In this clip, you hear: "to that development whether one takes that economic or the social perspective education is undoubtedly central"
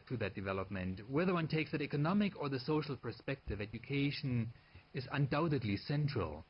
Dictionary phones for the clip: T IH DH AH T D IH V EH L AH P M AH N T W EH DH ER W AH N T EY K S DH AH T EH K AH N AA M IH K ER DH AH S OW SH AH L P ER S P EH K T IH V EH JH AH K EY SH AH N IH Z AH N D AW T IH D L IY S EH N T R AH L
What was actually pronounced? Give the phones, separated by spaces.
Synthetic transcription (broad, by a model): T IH DH AH T D IH V EH L AH P M AH N T W EH DH ER W AH N T EY K S DH AH T EH K AH N AA M IH K ER DH AH S OW SH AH L P ER S P EH K T IH V EH JH AH K EY SH AH N IH Z AH N D AW T IH D L IY S EH N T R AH L